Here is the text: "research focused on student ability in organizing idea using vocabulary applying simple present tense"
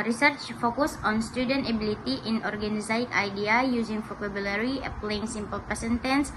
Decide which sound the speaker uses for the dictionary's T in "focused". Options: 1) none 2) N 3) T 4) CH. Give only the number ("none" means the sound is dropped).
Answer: 1